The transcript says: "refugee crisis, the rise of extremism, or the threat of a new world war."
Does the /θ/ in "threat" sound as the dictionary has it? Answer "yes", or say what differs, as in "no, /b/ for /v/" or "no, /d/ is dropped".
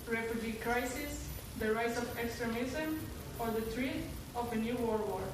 no, /t/ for /θ/